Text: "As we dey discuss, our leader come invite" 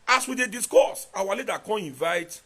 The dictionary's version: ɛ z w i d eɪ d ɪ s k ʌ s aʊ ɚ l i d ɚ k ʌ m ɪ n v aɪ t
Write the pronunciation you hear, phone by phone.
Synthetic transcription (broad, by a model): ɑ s w i d eɪ d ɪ s k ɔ s aʊ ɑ l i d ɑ k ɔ ɪ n v aɪ t